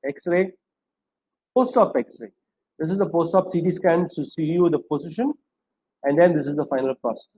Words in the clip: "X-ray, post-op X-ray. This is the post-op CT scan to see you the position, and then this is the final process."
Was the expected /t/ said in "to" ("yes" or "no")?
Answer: no